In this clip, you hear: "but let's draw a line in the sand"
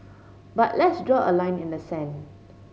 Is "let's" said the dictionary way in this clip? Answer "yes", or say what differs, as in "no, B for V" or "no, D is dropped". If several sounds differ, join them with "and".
yes